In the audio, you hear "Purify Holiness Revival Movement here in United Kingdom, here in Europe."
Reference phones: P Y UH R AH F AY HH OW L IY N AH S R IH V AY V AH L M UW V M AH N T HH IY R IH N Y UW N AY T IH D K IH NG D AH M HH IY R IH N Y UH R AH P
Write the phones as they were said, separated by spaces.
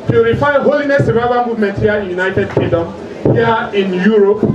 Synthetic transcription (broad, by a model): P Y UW R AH F AY HH OW L IY N AH S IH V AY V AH N M UW V M AH N T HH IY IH Y UW N AY T IH D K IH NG D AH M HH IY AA IH N Y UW R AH P